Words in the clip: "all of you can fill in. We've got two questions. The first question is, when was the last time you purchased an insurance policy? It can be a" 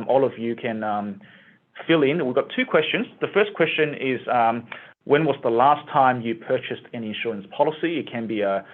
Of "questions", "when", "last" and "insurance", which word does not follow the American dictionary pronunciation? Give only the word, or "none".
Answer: none